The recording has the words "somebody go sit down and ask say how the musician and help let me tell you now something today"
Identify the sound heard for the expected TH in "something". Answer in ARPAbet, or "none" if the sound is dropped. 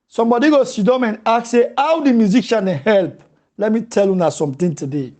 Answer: T